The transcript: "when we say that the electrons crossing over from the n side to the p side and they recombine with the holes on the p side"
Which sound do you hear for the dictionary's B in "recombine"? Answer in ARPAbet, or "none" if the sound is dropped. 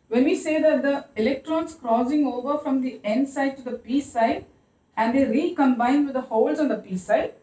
B